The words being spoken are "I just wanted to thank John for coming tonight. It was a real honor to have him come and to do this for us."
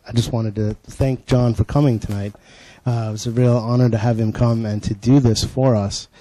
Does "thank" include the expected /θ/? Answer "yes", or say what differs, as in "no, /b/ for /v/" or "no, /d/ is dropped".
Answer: yes